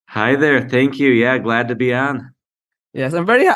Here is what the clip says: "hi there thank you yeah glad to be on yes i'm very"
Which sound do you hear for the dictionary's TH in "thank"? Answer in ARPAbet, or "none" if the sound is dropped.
TH